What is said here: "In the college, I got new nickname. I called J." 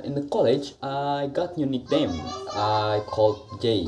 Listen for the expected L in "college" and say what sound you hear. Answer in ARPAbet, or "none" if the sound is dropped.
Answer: L